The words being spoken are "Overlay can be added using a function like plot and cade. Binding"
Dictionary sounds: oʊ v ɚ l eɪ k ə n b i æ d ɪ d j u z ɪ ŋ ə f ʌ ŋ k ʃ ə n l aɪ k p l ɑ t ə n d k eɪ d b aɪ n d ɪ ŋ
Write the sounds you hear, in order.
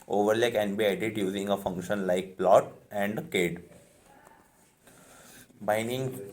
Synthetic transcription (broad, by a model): oʊ v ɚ l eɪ k ə n b i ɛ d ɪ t j u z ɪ ŋ ə f ʌ ŋ k ʃ ə n l aɪ k p l ɑ t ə n d k eɪ d b aɪ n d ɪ ŋ